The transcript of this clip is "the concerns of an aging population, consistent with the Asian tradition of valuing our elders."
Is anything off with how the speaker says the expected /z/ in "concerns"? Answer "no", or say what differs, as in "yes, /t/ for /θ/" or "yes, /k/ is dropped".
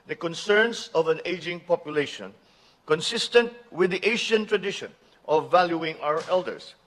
yes, /s/ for /z/